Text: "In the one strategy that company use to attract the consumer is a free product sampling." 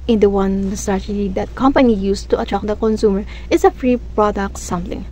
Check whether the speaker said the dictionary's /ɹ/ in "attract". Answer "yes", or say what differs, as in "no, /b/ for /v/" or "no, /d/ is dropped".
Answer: no, /ɹ/ is dropped